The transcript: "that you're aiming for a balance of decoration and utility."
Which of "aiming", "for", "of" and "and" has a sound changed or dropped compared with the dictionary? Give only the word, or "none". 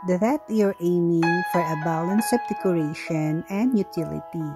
of